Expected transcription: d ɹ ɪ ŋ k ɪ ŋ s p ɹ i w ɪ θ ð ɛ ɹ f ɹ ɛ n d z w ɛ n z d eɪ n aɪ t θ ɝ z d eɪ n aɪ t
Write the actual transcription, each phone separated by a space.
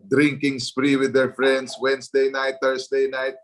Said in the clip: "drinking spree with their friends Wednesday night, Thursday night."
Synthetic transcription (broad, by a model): d ɹ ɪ ŋ k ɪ ŋ s p ɹ i w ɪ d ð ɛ ɹ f ɹ ɛ n d s w ɛ n s d eɪ n aɪ t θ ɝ s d eɪ n aɪ t